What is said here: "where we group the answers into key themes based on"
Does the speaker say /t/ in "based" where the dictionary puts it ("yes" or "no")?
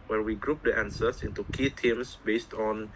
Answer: yes